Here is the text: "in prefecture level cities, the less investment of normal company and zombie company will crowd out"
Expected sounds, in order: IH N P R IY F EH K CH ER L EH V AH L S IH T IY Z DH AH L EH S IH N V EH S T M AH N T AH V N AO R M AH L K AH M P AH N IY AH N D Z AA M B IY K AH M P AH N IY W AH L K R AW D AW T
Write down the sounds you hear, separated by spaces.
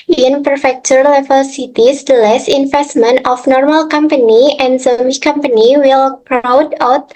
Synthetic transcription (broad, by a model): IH N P R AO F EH K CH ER L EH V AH L S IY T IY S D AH L EH S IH N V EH S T M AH N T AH F N AO R M AH L K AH M P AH N IY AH N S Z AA M IY K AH M P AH N IY W AH L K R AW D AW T